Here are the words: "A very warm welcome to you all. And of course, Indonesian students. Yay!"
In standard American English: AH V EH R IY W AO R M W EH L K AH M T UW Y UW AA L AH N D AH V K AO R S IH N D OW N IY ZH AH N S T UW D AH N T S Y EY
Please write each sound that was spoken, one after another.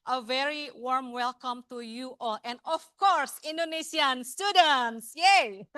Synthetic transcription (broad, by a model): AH V EH R IY W AO R M W EH L K AH M T UW Y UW AA L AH N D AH F K AO R S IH N D OW N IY S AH N S T UW D AH N T S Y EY